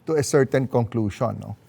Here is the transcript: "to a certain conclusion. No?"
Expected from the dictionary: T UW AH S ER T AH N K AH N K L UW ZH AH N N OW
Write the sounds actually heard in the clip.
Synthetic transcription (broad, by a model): T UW AH S ER T AH N K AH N K L UW SH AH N N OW